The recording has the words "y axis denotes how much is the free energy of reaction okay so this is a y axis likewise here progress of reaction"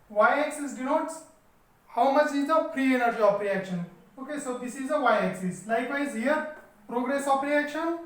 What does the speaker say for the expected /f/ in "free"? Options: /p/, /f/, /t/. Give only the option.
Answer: /p/